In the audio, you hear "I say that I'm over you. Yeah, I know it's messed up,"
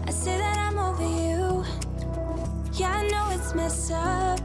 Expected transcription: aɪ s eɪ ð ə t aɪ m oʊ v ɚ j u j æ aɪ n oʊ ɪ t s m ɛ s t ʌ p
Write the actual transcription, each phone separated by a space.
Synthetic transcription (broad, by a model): aɪ s eɪ ð ə t aɪ m oʊ v ɚ j u j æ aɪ n oʊ ɪ t s m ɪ s ʌ